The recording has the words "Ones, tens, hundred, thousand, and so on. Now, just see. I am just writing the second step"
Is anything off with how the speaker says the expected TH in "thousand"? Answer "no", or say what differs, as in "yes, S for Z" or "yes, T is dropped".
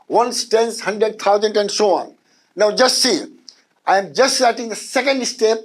yes, T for TH